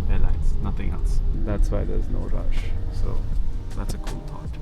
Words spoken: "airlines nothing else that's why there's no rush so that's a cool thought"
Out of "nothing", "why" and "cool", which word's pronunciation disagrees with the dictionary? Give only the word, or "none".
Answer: none